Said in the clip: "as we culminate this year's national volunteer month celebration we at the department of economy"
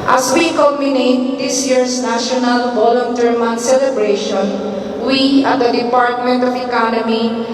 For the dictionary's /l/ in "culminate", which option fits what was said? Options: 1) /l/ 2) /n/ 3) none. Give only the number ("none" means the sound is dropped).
3